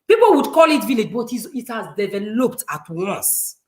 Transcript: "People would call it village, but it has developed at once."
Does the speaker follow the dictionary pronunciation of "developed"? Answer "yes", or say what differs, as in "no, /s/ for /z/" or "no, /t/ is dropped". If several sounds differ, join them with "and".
yes